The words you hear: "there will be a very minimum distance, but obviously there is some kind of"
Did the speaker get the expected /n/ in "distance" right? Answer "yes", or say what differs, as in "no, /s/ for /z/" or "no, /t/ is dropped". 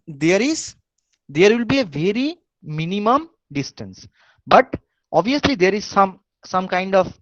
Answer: yes